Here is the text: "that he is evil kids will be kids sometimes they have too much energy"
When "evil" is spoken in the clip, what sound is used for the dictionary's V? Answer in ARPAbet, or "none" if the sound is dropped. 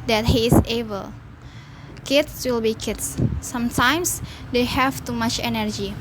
B